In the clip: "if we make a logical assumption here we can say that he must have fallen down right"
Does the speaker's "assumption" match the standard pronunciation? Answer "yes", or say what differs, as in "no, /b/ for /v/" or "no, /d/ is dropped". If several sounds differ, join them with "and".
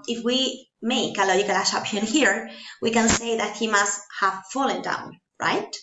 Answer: no, /m/ is dropped and /ʃ/ is dropped